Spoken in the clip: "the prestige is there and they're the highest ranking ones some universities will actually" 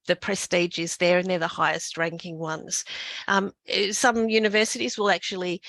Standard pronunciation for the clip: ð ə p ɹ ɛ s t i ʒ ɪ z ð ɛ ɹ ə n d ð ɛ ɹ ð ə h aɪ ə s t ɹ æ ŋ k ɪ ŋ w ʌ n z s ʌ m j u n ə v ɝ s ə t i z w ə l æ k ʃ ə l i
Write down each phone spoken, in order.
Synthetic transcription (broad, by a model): ð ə p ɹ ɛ s t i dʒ ɪ z ð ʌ ɹ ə n ð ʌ ɹ ð ə h aɪ ə s t ɹ æ ŋ k ɪ ŋ w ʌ n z s ʌ m j u n ə v ɝ s ə t i z w ə l æ k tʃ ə l i